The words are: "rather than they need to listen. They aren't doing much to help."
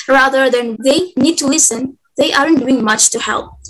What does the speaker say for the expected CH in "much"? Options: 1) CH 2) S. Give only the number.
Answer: 1